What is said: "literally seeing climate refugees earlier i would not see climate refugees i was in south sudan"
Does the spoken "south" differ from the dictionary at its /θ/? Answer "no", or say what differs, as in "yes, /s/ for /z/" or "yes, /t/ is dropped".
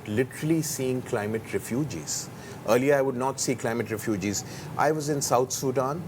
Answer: yes, /t/ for /θ/